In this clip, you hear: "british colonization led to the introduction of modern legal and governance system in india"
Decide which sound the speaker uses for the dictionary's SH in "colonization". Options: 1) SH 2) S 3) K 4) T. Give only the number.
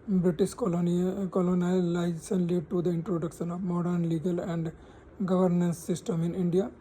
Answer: 2